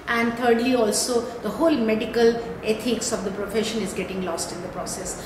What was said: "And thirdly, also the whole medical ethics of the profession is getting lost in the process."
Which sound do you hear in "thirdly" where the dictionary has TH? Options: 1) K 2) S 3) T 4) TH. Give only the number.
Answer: 3